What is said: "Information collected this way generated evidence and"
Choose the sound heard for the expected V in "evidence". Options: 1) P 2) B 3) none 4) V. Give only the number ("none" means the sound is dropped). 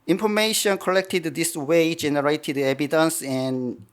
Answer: 2